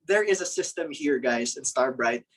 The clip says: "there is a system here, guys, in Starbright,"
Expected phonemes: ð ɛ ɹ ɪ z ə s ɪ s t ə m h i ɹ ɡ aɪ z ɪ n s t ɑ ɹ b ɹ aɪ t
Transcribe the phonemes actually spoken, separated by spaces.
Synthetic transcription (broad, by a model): ð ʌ ɹ ɪ z ə s ɪ s t ə m h i ɹ ɡ aɪ z ɪ n s t ɑ ɹ b ɹ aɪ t